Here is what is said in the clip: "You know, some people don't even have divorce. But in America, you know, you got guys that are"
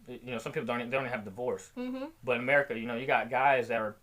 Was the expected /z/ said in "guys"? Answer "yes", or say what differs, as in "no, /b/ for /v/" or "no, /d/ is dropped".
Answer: yes